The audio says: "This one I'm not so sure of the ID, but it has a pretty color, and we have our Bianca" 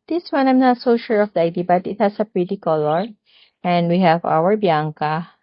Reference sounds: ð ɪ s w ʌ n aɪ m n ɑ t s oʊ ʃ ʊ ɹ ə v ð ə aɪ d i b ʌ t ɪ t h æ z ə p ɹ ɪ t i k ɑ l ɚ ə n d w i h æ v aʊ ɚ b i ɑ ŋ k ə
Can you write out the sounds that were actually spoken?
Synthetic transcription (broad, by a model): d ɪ s w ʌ n aɪ m n ɑ t s oʊ ʃ ʊ ɹ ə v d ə aɪ d i b ʌ t ɪ t h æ s ə p ɹ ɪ t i k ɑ l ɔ ə n d w i h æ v aʊ ɚ b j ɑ ŋ k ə